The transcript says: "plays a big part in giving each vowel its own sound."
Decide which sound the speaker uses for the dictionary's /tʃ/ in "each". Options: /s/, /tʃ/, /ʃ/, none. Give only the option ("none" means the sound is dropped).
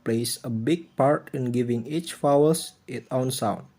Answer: /tʃ/